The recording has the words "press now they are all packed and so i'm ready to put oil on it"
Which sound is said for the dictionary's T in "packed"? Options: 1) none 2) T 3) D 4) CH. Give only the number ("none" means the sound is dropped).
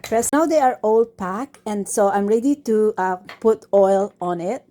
1